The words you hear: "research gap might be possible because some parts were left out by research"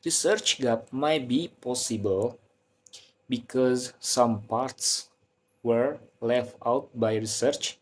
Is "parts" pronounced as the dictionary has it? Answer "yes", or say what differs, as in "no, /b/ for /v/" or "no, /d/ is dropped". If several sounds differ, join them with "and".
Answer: yes